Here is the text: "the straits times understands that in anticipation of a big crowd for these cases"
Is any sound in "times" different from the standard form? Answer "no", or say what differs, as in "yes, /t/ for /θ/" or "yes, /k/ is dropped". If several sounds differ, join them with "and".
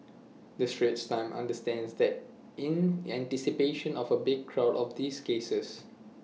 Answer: yes, /z/ is dropped